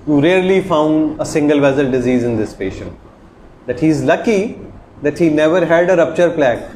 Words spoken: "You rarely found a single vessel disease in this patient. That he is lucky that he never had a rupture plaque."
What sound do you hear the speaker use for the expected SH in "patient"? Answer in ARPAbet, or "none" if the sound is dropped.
SH